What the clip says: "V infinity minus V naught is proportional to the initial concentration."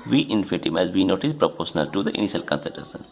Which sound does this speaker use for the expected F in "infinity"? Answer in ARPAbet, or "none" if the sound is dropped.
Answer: none